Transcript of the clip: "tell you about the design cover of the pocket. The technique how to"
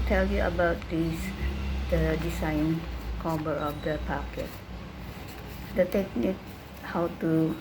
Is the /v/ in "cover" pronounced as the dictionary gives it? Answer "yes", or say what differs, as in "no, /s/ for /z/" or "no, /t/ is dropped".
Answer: no, /b/ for /v/